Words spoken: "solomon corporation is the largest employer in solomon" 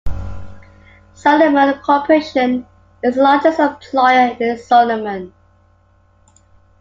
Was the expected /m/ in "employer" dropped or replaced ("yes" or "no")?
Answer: yes